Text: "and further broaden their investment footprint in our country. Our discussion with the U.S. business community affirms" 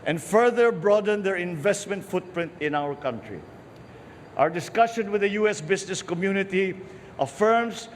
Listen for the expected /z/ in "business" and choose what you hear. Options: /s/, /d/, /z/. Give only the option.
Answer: /s/